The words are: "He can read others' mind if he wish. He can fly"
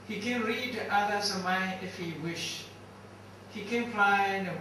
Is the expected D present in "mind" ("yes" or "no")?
no